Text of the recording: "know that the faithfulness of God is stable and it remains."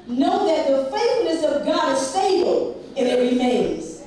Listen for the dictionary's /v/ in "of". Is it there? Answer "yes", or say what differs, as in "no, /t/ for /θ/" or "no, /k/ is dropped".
yes